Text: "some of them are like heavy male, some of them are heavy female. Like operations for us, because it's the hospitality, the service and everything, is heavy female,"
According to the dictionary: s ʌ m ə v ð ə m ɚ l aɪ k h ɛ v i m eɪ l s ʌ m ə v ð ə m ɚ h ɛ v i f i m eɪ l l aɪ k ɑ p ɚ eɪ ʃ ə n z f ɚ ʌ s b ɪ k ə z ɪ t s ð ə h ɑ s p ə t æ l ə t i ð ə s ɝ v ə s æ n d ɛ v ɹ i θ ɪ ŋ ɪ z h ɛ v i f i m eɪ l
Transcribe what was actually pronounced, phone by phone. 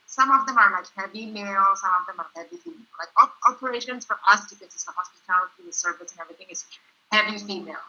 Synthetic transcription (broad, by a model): s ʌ m ə v ð ə m ɚ l aɪ k h ɛ v i m eɪ l s ʌ m ə v ð ə m ɚ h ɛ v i f i m eɪ l l aɪ k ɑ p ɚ eɪ ʃ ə n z f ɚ ʌ s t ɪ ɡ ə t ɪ s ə h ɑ s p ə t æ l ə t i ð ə s ɝ v ə s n ɛ v ɹ i θ ɪ ŋ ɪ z h ɛ v i f i m eɪ l